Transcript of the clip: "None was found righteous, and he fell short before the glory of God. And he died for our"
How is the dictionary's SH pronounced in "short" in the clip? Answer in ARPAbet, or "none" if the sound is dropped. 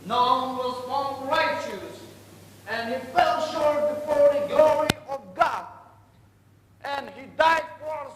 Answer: SH